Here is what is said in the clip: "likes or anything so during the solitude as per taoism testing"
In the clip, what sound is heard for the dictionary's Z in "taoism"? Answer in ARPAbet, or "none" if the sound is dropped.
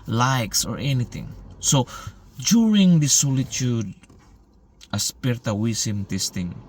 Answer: S